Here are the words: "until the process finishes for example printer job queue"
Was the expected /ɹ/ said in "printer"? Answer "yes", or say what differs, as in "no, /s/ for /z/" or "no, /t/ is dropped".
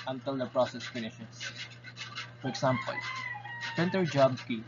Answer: no, /ɹ/ is dropped